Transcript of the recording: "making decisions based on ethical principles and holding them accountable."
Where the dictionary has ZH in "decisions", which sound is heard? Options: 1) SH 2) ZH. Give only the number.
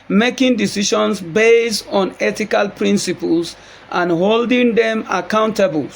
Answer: 1